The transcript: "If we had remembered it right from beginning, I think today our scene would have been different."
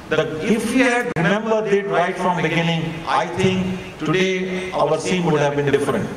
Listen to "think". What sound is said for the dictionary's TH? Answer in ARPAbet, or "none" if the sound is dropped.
T